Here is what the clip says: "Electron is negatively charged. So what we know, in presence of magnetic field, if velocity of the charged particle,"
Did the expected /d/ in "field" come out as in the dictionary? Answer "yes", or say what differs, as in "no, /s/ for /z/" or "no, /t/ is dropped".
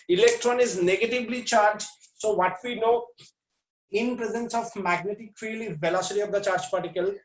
no, /d/ is dropped